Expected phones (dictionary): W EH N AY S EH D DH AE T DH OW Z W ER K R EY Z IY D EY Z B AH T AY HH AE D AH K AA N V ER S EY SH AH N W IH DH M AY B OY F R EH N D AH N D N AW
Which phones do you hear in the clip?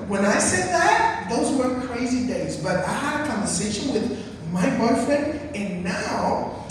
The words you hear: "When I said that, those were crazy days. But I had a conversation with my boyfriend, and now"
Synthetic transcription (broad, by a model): W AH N AY S EH D DH AE T DH OW Z W ER K R EY Z IY D EY Z B AH T AY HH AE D AH K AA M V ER S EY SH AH N W IH DH M AY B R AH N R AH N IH N AW